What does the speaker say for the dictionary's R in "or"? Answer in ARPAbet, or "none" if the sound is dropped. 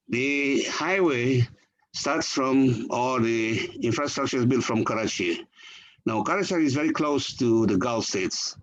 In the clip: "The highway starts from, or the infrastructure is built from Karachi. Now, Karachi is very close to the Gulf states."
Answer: L